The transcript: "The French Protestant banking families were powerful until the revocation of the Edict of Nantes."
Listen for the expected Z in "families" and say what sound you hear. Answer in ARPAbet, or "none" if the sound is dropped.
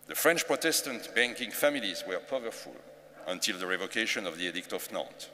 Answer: Z